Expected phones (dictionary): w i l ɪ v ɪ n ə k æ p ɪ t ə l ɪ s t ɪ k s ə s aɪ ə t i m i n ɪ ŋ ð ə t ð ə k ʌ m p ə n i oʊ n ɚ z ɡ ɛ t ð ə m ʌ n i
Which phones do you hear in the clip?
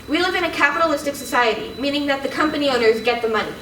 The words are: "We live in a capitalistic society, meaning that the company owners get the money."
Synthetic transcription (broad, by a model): w i l ɪ v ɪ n ə k æ p ɪ t ə l ɪ s t ɪ k s ə s aɪ ə t i m i n ɪ ŋ ð ə t ð ə k ʌ m p ə n i oʊ n ɚ z ɡ ɛ t ð ə m ʌ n i